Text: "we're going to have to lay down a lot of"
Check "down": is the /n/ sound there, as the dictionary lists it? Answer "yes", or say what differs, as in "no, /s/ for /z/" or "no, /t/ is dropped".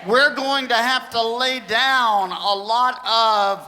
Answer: yes